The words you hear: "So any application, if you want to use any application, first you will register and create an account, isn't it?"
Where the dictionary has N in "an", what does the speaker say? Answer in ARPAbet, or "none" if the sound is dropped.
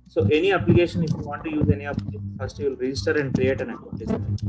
N